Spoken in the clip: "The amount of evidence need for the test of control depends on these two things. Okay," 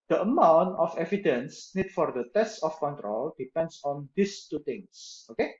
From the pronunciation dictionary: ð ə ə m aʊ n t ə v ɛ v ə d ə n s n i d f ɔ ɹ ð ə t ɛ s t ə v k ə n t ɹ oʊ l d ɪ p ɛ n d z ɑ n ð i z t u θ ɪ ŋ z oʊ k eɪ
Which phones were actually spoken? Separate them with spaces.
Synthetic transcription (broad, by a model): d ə ə m aʊ n t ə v ɛ v ə d ə n s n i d f ɔ ɹ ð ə t ɛ s t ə f k ə n t ɹ oʊ l d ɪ p ɛ n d s ɑ n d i s t u t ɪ ŋ s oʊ k eɪ